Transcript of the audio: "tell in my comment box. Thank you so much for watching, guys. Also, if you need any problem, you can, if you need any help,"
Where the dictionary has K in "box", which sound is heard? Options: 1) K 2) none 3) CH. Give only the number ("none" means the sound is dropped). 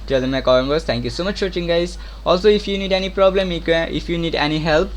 2